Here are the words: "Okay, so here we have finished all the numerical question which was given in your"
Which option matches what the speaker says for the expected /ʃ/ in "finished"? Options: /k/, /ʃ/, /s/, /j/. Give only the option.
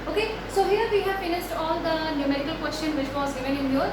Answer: /s/